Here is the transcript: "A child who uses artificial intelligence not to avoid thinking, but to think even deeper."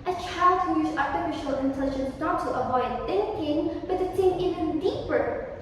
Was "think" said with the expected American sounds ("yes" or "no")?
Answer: no